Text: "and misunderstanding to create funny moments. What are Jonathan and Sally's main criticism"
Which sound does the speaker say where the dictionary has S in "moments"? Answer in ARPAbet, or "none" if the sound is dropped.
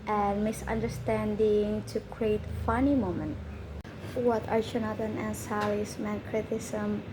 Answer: none